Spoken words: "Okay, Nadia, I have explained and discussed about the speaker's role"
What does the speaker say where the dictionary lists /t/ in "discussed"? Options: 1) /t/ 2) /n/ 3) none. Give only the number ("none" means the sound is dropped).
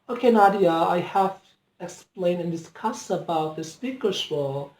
3